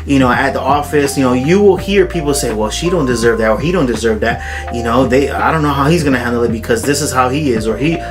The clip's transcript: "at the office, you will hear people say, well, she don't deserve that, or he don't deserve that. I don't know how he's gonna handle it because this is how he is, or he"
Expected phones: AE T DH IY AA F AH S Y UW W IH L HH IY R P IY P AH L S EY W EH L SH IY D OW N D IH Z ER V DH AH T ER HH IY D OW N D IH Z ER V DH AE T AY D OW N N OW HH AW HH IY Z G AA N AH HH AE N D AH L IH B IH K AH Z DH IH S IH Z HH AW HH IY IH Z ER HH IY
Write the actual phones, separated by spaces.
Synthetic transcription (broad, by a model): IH T DH IY AA F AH S Y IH W IH L HH IY R P IY P L S EY W EH L SH IY D OW N D IH Z ER V DH AH T ER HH IY D OW N D IH Z ER V DH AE T AY D OW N N OW HH AW HH IY Z G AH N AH HH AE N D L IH B IH K AH Z DH IH S IH Z HH AW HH IY IH Z ER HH IY